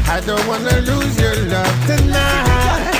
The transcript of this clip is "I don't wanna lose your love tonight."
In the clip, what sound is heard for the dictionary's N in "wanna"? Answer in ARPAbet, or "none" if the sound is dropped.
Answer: N